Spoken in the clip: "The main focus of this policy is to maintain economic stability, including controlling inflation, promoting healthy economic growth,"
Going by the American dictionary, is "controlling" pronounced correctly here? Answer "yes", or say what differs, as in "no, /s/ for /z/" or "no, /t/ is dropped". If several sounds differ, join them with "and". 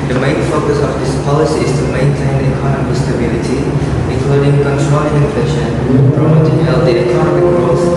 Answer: no, /l/ is dropped